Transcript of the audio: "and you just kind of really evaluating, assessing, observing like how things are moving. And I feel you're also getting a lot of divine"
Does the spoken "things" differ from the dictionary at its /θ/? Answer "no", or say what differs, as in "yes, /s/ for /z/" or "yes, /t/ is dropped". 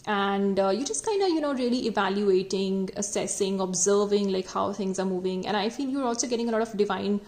yes, /t/ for /θ/